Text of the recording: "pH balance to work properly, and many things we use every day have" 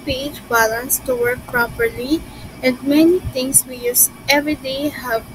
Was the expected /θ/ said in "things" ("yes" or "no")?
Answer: no